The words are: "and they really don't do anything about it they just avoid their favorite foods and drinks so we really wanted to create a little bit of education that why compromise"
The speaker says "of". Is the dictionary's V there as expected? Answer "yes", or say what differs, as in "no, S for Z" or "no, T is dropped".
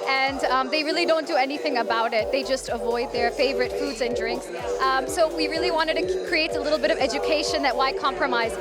yes